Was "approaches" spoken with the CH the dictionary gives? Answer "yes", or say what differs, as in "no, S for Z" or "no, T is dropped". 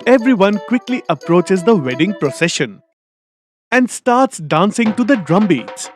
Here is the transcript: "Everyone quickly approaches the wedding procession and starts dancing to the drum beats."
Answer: yes